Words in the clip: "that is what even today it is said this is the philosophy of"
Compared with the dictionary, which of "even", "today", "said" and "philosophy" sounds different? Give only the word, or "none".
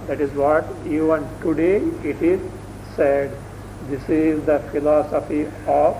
even